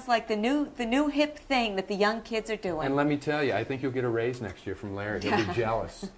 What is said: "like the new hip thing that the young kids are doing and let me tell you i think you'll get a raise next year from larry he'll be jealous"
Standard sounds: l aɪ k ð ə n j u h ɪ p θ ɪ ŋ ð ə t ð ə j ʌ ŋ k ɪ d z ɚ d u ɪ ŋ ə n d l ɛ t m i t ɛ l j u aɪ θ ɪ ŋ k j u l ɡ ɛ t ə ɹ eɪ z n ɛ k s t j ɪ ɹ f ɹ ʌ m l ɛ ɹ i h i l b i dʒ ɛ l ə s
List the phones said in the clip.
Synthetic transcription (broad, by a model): l aɪ k ð ə n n u h ɪ p θ ɪ ŋ ð ə t ð ə j ʌ ŋ k ɪ d z ɚ d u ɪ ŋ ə n l ɛ t m i t ɛ l j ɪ aɪ θ ɪ ŋ k j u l ɡ ɛ t ə ɹ eɪ z n ɛ k s t j ɪ ɹ f ɹ ʌ m l ɛ ɹ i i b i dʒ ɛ l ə s